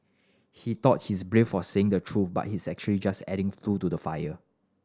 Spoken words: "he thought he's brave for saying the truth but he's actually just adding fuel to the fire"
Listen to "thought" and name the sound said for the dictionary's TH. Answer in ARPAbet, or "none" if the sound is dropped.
T